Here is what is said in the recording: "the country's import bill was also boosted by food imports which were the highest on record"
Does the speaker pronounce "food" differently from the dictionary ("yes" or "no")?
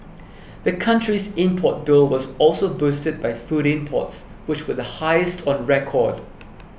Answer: no